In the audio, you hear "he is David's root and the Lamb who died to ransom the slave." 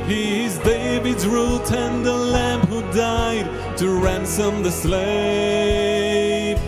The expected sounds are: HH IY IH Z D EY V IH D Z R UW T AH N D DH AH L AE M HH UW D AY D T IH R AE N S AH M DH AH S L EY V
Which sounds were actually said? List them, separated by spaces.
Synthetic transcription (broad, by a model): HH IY IH Z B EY B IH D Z R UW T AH N DH AH L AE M HH UW D AY D T IH R AE N S AH M DH AH S L EY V